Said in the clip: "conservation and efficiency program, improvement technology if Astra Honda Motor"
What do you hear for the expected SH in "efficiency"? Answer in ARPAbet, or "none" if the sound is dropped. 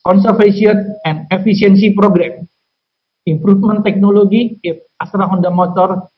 S